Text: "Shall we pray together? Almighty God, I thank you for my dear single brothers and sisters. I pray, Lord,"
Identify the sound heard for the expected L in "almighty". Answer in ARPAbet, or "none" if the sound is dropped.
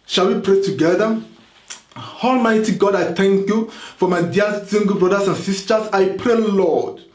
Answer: L